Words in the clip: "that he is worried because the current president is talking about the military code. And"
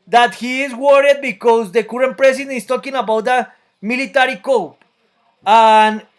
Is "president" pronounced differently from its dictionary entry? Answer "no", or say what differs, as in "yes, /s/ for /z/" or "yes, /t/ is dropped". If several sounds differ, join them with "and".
yes, /s/ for /z/